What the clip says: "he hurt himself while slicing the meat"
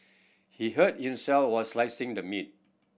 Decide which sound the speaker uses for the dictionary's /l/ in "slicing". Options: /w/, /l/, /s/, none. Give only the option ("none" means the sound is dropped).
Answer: /l/